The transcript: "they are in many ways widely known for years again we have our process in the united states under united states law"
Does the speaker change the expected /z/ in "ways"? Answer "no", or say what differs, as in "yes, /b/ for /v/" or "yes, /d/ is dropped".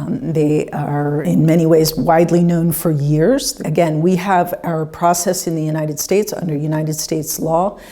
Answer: no